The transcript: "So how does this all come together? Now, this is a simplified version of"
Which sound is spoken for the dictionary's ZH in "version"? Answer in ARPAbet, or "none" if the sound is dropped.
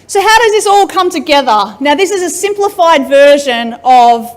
ZH